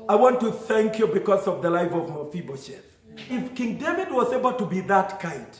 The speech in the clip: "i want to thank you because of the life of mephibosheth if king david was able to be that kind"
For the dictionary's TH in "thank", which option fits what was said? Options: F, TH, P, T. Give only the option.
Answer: TH